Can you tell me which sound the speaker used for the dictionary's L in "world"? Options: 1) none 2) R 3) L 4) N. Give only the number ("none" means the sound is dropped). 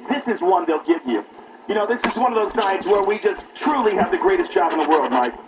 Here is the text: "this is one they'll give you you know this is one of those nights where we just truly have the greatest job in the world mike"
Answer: 3